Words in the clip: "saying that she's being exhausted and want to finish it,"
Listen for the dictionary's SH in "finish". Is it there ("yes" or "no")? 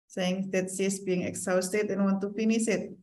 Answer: no